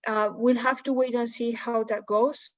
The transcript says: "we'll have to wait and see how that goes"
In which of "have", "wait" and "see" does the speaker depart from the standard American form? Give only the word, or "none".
have